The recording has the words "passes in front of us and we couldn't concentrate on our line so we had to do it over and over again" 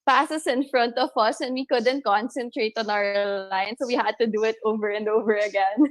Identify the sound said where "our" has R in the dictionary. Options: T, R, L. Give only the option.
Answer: L